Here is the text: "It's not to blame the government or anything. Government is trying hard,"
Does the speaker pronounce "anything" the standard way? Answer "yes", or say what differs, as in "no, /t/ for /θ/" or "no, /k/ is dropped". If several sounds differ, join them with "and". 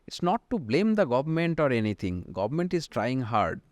no, /t/ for /θ/